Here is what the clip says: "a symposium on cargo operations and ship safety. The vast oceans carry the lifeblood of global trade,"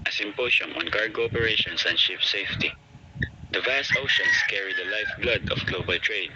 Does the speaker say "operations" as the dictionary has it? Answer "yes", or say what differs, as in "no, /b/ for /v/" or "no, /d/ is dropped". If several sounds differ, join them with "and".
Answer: no, /s/ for /z/